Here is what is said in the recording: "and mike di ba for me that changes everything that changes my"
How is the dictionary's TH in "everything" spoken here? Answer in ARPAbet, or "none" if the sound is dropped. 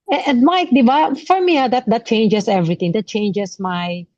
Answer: T